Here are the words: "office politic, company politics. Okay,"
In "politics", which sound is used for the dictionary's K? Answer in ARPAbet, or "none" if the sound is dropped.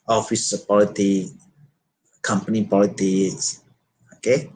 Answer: none